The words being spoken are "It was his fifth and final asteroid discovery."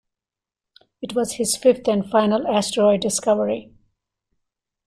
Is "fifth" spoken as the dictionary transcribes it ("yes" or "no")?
no